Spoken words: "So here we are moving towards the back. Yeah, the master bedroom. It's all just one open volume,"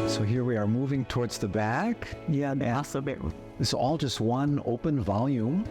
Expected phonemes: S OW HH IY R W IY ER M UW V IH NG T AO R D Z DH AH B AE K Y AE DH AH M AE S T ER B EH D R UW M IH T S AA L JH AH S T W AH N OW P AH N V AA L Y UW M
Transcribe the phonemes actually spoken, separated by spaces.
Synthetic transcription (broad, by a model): S OW HH IY R W IY ER M UW V IH NG T AO R D Z DH AH B AE K Y AE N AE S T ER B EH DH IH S AA L JH AH S T W AH N OW P AH N V AA L Y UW M